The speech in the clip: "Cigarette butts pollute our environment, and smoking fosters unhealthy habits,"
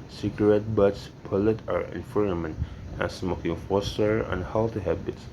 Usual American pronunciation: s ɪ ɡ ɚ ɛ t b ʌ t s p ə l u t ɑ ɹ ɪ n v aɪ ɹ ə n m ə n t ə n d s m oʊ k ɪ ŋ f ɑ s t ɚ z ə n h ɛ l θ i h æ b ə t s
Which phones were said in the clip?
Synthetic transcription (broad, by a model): s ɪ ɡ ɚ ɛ t b ʌ t s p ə l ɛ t ɑ ɹ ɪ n f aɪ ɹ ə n m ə n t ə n s m oʊ k ɪ ŋ f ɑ s t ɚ ə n h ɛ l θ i h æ b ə t s